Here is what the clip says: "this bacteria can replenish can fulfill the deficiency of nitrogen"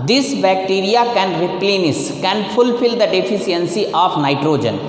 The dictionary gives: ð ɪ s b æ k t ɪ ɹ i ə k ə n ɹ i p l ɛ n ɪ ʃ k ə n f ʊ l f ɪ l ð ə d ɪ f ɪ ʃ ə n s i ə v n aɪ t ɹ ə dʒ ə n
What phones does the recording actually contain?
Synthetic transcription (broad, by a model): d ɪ s b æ k t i ɹ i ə k ə n ɹ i p l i n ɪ s k ə n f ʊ l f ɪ l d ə d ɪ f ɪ s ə n s i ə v n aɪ t ɹ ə dʒ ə n